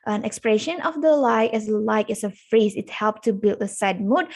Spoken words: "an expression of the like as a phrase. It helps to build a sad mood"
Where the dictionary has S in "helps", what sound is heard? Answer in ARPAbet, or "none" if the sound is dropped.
none